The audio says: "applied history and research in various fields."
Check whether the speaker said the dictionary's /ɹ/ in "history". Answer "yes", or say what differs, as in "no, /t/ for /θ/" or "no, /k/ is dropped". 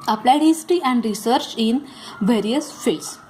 no, /ɹ/ is dropped